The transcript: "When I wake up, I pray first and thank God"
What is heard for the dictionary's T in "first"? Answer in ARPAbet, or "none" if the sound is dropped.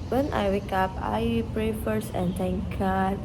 none